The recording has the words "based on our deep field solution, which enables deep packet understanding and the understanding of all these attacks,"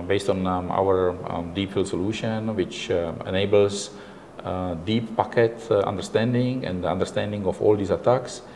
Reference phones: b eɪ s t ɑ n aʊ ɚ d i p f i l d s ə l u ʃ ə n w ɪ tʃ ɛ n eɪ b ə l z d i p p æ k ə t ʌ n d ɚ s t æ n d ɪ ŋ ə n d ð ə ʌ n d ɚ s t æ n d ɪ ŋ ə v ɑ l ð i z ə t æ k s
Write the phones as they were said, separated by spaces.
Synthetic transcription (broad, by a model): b eɪ s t ɑ n aʊ ɚ d i p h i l s ə l u ʃ ə n w ɪ tʃ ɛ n eɪ b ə l s d i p p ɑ k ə t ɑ n d ɚ s t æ n d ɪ ŋ ə n d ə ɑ n d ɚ s t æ n d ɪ ŋ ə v ɑ l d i s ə t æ k s